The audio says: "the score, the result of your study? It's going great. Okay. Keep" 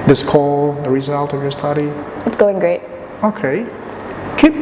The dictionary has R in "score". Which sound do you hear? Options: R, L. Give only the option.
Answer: L